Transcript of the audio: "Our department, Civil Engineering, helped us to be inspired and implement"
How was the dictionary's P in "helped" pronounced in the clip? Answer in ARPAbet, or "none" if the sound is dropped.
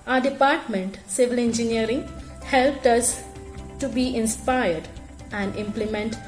P